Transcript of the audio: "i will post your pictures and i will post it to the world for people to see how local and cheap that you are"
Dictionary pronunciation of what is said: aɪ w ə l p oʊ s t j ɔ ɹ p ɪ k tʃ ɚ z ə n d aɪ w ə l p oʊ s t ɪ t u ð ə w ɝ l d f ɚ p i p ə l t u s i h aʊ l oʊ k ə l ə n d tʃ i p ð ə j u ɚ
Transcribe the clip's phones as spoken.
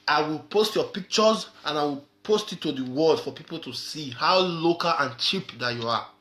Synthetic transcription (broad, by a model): aɪ w ə l p oʊ s t j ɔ p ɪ k tʃ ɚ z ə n aɪ w ə l p oʊ s t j t u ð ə w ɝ l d f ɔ p i p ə l t u s i h aʊ l oʊ k ə l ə n tʃ i p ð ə j u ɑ